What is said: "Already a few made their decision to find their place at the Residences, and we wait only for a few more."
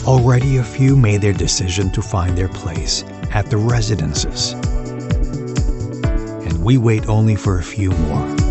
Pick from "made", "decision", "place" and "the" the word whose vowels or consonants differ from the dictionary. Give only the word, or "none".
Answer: none